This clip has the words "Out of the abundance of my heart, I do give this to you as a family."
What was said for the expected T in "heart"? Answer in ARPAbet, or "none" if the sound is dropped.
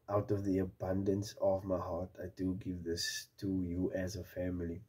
T